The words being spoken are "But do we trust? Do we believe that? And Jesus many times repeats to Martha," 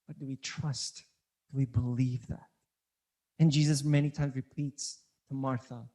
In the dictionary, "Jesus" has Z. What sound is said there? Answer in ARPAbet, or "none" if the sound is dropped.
Z